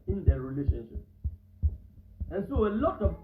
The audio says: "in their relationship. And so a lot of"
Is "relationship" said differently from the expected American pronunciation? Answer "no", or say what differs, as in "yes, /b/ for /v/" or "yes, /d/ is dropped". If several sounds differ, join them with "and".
no